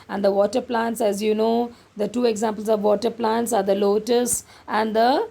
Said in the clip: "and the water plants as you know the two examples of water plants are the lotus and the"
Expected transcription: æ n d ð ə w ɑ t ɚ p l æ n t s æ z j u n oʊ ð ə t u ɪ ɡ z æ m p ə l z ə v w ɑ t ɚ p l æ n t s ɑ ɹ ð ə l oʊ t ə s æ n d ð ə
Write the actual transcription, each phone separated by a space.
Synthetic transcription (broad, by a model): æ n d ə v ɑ t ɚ p l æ n t s æ z j u n oʊ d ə t u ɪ ɡ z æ m p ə l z ə v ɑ t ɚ p l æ n t s ɑ ɹ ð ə l oʊ t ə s æ n d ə